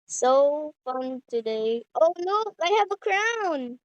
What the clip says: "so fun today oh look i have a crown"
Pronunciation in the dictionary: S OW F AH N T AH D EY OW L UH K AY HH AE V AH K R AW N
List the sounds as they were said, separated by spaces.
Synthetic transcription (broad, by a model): S OW F AH N T AH D EY OW N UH AY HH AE V AH K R AW N